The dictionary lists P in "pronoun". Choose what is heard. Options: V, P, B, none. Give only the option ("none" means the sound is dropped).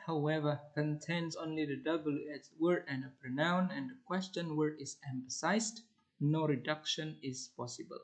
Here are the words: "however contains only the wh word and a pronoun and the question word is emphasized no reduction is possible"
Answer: P